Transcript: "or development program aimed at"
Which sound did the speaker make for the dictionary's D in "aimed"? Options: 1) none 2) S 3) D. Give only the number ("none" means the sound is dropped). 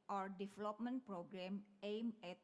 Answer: 1